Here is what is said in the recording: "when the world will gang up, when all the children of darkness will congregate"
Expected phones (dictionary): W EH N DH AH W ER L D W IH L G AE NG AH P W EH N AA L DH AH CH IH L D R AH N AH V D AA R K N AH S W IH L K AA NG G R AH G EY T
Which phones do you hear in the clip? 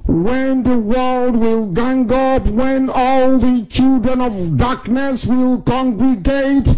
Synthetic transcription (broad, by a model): W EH N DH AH W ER L D W IH L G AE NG AH P W EH N AA L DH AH CH IH L D R AH N AH V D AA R K N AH S W IH L K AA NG G R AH G EY T